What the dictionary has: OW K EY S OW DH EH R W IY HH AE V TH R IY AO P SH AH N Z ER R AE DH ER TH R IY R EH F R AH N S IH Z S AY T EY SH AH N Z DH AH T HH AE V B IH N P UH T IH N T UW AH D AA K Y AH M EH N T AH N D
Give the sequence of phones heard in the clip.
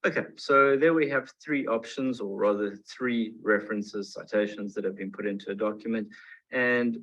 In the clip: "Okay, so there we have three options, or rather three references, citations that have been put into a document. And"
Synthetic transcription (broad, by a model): OW K EY S OW DH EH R W IY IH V TH R IY AO P SH AH N Z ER R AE DH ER TH R IY R EH F R AH N S IH Z S AY T EY SH AH N Z DH AH T HH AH V B IH N P UH T IH N T UW AH D AA K Y AH M EH N T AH N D